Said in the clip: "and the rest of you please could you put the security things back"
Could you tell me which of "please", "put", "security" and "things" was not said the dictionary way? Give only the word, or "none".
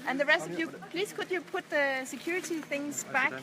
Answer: none